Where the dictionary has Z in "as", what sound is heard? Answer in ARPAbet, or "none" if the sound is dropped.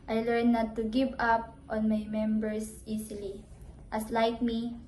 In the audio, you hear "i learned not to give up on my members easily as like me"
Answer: S